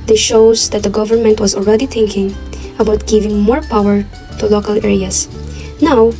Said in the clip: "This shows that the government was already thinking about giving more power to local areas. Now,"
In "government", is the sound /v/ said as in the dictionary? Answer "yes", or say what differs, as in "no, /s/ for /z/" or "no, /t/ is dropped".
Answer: yes